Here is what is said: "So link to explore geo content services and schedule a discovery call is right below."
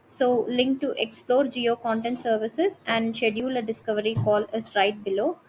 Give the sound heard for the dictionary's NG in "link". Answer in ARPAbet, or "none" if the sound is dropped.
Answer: NG